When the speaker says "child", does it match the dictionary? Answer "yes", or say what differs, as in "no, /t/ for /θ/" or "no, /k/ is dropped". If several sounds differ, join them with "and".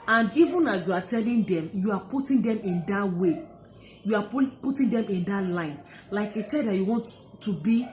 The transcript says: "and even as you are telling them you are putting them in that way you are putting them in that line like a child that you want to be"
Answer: no, /l/ is dropped